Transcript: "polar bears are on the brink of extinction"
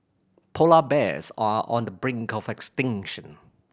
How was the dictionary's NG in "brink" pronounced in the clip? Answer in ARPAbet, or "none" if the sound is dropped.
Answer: NG